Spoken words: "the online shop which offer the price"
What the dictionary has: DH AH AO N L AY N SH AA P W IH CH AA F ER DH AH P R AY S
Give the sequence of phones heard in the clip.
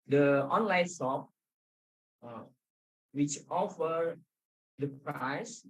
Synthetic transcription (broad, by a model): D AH AO N L AY N S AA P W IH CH AA F ER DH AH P R AY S